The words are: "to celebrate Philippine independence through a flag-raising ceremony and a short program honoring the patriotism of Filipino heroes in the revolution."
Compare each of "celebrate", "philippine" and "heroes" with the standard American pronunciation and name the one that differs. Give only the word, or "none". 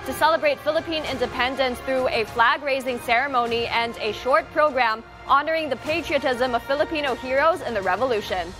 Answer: none